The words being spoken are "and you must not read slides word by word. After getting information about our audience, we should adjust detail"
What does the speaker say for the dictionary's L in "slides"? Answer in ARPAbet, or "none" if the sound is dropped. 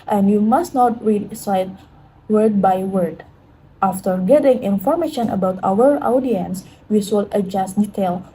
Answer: none